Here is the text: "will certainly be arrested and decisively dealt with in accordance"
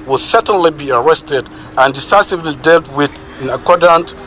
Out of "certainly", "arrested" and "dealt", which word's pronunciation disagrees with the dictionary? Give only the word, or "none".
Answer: none